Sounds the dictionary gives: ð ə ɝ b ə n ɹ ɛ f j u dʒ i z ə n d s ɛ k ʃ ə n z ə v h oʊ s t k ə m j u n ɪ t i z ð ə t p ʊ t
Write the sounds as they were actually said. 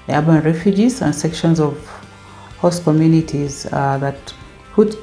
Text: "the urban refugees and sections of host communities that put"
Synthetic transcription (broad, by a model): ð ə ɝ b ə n ɹ ɛ f j u dʒ i z ə n d s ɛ k ʃ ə n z ə v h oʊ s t k ə m j u n ɪ t i z ð ə t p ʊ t